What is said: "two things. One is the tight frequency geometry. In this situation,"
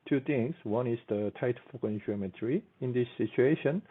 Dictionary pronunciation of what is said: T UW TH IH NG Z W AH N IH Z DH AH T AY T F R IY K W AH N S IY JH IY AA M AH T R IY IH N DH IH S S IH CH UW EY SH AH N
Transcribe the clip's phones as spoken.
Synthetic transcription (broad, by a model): T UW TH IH NG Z W AH N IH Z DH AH T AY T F AO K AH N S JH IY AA M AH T R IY IH N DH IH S S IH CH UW EY SH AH N